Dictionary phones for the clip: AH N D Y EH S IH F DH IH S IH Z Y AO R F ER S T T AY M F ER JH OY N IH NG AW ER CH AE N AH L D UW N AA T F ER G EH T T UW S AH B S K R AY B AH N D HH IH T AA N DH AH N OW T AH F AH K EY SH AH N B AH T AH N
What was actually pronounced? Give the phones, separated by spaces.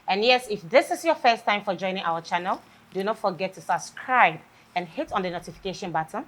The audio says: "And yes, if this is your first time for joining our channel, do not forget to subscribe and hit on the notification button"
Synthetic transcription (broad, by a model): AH N Y EH S IH F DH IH S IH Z Y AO F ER S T T AY M F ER JH OY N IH NG AW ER CH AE N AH L D UW N AA T F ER G EH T T UW S AH B S K R AY B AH N HH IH T AA N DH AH N OW T AH F AH K EY SH AH N B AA T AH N